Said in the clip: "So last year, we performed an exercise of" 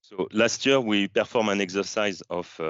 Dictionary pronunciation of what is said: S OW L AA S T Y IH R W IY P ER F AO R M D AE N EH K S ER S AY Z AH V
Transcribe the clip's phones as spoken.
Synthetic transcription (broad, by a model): S OW L AA S T Y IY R W IY P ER F AO R M AE N EH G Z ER S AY Z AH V